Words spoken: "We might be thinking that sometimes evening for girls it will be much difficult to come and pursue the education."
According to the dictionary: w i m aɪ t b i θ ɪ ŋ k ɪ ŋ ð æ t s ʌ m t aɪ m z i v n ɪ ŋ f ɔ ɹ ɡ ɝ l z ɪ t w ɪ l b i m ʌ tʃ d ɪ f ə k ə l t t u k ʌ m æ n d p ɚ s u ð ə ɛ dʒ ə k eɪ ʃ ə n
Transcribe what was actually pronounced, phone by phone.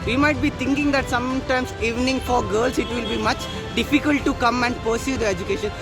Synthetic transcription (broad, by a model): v i m aɪ t b i t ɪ ŋ k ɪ ŋ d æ t s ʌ m t aɪ m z i v n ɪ ŋ f ɔ ɹ ɡ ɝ l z ɪ t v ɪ l b i m ʌ tʃ d ɪ f ə k ə l t t u k ʌ m æ n d p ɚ s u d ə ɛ dʒ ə k eɪ ʃ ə n